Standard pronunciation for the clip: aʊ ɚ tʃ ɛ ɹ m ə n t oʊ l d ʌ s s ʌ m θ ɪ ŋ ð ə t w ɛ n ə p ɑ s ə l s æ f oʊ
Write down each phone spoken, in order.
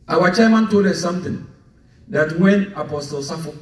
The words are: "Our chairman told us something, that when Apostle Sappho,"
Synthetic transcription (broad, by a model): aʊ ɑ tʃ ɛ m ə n t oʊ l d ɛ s s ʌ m t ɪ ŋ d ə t w ɛ n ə p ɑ s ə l s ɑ f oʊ